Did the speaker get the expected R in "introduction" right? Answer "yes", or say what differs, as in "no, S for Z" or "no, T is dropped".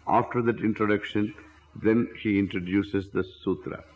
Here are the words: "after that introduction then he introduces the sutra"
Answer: yes